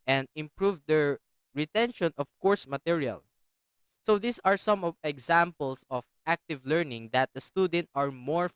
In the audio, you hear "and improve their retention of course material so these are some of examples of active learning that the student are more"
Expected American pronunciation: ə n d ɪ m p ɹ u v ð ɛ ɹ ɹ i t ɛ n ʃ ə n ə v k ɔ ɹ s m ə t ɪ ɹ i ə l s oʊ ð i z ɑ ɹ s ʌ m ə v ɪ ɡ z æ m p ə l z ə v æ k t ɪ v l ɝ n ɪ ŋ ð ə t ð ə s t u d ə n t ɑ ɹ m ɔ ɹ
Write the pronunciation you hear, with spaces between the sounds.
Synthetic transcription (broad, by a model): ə n d ɪ m p ɹ u v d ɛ ɹ ɹ i t ɛ n ʃ ə n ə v k ɔ ɹ s m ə t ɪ ɹ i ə l s oʊ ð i s ɑ ɹ s ʌ m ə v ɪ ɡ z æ m p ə l s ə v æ k t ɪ v l ɝ n ɪ ŋ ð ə t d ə s t u d ə n t ɑ ɹ m ɔ ɹ